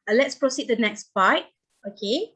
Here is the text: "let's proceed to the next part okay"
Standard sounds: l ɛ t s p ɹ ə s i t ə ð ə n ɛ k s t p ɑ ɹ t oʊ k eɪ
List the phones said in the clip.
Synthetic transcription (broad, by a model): l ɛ t s p ɹ ə s i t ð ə n ɛ k s t b ɑ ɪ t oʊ k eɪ